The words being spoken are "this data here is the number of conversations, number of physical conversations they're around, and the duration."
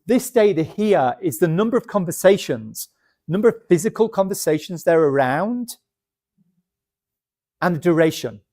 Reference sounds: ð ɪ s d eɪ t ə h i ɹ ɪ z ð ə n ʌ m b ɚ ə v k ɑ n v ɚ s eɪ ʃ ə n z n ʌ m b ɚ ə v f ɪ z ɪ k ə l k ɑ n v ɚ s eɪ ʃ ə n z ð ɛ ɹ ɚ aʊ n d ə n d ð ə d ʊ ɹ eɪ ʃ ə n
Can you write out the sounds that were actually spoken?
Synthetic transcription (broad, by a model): ð ɪ s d eɪ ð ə h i ɹ ɪ z ð ə n ʌ m b ɚ ə v k ɑ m v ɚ s eɪ ʃ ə n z n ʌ m b ɚ ə v f ɪ z ɪ k ə l k ɑ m v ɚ s eɪ ʃ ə n z ð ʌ ɹ ɚ aʊ n d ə n ð ə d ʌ ɹ eɪ ʃ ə n